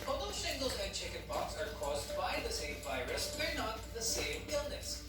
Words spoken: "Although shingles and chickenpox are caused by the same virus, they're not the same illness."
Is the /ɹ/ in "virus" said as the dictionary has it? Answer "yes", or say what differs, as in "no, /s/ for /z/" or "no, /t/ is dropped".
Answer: yes